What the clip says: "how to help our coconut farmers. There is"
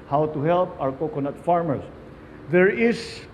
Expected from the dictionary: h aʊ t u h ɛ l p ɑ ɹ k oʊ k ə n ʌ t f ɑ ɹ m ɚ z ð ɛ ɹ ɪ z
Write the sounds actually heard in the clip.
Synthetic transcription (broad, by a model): h aʊ t u h ɛ l p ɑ w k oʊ k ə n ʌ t f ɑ ɹ m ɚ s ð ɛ ɹ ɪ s